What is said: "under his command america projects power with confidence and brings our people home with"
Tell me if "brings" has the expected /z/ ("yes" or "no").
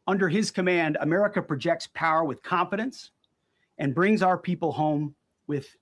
yes